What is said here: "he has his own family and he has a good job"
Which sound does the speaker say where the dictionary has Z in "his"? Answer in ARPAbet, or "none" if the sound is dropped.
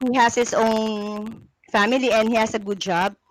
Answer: S